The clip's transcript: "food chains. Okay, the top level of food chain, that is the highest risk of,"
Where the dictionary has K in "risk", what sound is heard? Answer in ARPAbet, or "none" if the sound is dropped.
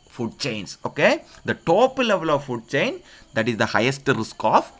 K